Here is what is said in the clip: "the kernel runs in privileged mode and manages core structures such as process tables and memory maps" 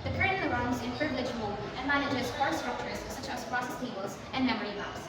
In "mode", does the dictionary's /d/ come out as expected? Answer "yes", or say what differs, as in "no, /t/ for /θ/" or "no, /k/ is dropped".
no, /d/ is dropped